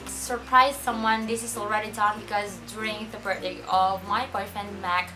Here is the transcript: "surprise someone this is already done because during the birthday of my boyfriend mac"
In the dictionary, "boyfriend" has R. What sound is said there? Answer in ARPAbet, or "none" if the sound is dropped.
none